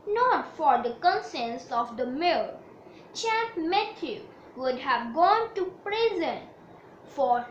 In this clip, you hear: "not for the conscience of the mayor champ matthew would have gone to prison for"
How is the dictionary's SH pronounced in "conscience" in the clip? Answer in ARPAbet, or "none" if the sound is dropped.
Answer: S